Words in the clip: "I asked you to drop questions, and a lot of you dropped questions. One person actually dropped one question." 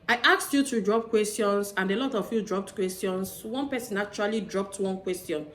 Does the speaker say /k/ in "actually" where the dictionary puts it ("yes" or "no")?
no